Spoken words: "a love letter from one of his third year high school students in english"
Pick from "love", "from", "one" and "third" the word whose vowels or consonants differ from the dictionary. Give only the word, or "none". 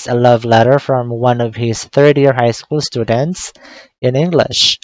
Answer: none